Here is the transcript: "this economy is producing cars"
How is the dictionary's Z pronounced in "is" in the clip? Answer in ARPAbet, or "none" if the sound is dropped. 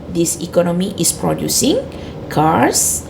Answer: S